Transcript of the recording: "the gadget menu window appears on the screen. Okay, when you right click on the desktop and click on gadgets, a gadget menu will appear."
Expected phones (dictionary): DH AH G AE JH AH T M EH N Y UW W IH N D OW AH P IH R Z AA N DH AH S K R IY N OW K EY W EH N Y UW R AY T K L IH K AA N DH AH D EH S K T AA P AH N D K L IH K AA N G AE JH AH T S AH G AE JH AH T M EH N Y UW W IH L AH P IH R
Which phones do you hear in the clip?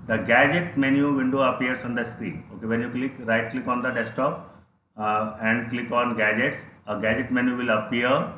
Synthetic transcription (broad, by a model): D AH G AE JH AH T M EH N Y UW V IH N D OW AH P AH R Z AA N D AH S K R IY N OW K EY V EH N Y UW R AY T K L IH K AA N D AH D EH S T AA P AH N D K L IH K AA N G AE JH AH T S AH G AE JH AH T M EH N Y UW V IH L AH P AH R